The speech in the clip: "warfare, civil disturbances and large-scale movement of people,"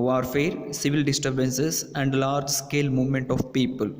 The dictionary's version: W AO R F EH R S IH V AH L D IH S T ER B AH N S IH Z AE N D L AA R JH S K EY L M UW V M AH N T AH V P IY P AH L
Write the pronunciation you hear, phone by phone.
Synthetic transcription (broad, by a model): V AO R F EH R S IH V AH L D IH S T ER B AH N S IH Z AE N D L AA R JH S K EY L M UW V M AH N T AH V P IY P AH L